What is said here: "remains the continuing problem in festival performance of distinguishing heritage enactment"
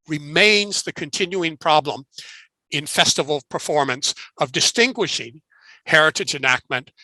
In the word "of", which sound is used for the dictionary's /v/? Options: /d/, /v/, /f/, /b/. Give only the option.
/v/